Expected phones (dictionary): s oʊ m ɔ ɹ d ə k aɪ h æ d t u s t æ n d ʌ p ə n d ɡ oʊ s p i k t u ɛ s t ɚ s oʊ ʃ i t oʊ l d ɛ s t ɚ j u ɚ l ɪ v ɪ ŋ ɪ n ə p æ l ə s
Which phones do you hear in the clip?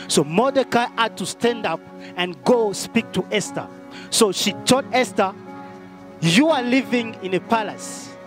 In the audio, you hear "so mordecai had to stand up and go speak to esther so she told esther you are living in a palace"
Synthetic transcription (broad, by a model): s oʊ m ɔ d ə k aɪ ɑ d t u s t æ n d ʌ p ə n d ɡ oʊ s p i k t u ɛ s t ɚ s oʊ ʃ i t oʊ d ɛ s t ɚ j u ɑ l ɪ v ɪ ŋ ɪ n ə p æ l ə s